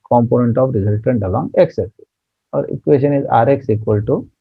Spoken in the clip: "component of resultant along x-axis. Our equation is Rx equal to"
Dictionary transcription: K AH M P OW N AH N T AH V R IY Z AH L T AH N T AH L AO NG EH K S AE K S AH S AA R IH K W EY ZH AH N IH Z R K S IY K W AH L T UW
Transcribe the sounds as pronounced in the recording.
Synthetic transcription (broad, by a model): K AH M P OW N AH N T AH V R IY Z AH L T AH N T AH L AO NG EH K S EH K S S AA R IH K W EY SH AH N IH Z R K S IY K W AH L T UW